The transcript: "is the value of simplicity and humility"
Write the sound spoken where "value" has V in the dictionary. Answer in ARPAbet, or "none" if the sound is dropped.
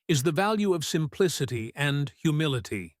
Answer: V